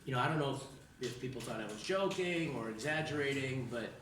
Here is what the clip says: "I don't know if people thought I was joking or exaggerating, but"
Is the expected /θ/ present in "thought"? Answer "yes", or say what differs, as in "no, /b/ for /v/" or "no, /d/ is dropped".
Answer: yes